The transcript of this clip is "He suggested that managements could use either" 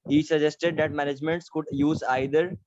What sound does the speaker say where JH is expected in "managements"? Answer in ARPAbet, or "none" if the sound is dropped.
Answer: JH